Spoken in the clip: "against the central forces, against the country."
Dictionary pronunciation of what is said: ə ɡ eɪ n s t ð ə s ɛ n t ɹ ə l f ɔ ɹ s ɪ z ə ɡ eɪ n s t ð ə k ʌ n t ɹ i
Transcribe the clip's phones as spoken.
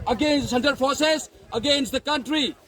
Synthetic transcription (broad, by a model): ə ɡ eɪ n s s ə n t ə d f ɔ ɹ s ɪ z ə ɡ eɪ n s t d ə k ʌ n t ɹ i